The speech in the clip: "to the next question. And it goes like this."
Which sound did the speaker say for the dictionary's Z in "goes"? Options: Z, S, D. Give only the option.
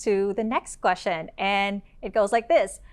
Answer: Z